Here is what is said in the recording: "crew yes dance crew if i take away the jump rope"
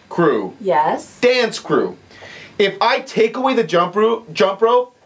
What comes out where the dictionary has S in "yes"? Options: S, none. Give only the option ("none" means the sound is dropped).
S